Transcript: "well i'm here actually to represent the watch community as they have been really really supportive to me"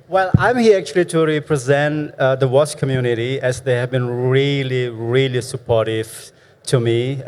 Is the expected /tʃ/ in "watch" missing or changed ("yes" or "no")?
yes